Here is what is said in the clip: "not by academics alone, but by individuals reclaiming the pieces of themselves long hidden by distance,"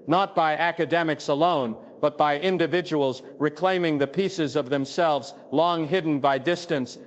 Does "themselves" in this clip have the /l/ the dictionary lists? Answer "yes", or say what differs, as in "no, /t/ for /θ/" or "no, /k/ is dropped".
yes